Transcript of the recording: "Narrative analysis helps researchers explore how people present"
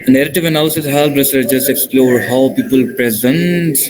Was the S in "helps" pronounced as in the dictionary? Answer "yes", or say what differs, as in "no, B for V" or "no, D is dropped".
no, S is dropped